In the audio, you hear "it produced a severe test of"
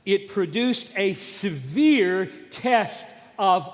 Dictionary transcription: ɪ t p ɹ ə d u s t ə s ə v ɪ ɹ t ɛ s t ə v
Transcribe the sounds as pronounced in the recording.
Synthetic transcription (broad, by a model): ɪ t p ɹ ə d u s t ə s ə v ɪ ɹ t ɛ s t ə v